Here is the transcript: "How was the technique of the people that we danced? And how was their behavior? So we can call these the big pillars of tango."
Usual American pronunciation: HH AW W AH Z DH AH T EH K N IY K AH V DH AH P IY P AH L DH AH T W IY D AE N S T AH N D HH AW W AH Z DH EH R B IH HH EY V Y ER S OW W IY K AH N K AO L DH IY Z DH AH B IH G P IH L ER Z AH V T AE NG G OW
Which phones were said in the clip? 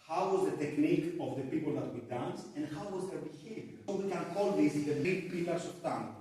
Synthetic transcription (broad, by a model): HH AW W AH Z DH AH T EH K N IY K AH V DH AH P IY P AH L DH AH T W IY D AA N S AH N D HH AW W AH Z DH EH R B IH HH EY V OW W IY K AH N K AO L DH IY S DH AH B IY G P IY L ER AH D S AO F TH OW